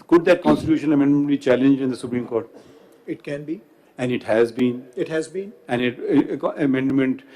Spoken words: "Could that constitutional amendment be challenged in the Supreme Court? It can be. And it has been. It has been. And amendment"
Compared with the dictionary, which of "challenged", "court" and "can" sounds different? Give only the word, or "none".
challenged